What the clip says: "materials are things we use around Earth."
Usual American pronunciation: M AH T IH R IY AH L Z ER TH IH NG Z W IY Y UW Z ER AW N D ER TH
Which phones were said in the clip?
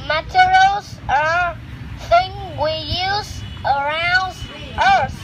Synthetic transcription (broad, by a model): M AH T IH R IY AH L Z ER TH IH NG W IY Y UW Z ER AW N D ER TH